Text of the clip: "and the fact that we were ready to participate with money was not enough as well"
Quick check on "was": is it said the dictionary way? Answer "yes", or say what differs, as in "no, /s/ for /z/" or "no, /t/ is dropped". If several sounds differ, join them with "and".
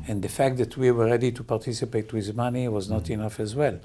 yes